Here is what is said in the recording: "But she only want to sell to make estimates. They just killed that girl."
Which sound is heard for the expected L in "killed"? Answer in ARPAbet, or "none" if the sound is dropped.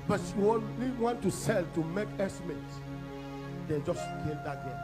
none